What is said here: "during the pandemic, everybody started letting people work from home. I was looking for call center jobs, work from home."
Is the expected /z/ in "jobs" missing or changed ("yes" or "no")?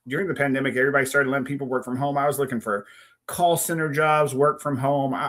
no